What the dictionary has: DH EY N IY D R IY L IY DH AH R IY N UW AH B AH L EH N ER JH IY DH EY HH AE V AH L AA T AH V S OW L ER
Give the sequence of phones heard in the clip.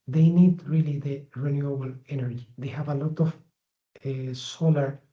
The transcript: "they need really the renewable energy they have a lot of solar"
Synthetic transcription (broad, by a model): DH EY N IY D R IY L IY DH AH R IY N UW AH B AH L EH N ER JH IY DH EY HH AE V AH L AA T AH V S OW L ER